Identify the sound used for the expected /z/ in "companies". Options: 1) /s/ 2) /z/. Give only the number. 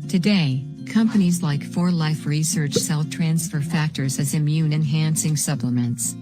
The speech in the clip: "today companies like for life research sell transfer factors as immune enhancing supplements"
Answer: 2